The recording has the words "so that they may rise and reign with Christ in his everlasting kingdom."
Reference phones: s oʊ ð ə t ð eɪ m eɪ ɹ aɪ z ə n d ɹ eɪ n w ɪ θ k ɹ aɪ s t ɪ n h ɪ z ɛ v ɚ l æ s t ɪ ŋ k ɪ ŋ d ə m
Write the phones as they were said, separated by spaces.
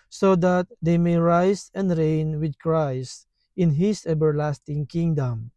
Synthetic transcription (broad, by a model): s oʊ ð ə t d eɪ m eɪ ɹ aɪ s ə n d ɹ eɪ n w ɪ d k ɹ aɪ s t ɪ n h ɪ s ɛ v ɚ l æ s t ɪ ŋ k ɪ ŋ d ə m